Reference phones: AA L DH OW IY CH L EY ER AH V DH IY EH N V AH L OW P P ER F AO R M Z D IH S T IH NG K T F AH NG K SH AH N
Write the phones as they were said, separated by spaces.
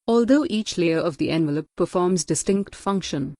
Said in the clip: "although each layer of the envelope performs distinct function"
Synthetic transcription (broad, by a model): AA L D OW IY CH L EY ER AH V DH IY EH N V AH L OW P P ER F AO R M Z D IH S T IH NG K T F AH NG K SH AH N